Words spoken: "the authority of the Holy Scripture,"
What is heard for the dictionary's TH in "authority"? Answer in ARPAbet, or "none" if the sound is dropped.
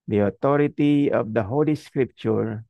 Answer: T